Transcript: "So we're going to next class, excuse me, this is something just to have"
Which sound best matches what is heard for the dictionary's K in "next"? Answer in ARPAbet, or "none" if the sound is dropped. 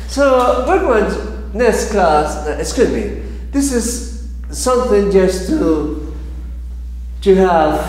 none